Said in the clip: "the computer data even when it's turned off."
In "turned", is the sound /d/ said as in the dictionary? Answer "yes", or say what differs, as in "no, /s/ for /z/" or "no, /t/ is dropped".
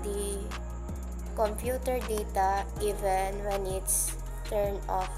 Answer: no, /d/ is dropped